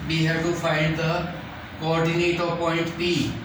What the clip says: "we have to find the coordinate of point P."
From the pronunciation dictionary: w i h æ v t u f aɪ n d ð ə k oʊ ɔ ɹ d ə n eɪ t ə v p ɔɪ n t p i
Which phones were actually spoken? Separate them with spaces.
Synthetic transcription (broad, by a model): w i h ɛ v t u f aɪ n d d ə k oʊ ɔ ɹ d ə n eɪ t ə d p ɔɪ n t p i